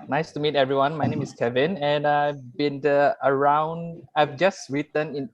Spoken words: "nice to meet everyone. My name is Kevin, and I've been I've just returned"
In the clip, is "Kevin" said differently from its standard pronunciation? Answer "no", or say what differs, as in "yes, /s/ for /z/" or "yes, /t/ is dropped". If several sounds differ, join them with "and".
no